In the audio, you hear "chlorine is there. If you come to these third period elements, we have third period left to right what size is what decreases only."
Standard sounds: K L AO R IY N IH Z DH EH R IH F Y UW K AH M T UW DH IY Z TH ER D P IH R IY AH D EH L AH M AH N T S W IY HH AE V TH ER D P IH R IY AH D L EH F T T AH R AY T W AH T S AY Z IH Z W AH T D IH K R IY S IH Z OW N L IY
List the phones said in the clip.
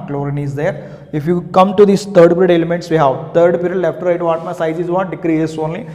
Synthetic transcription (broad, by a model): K L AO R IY N IH Z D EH R IH F Y UW K AH M T UW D IY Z T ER D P R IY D EH L AH M AH N T S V IY HH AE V T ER D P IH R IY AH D L EH F T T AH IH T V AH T S AY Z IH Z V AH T D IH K R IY IH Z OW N L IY